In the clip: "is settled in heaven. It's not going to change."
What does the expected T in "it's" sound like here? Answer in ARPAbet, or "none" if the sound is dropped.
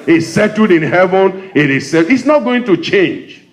S